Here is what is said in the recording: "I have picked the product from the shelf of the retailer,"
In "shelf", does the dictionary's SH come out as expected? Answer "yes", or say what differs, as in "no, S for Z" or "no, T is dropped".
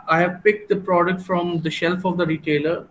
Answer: yes